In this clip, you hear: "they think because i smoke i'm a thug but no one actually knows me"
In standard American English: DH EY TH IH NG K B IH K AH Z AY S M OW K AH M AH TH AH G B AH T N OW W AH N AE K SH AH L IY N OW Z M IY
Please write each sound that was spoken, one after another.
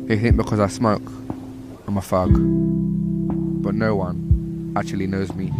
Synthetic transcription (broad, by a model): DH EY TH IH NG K B IH K AH Z AY S M OW K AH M AH F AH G B AH T N OW W AH N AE K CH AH L IY N OW Z M IY